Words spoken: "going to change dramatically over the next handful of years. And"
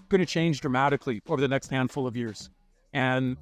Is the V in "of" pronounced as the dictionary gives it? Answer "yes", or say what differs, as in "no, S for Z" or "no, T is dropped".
yes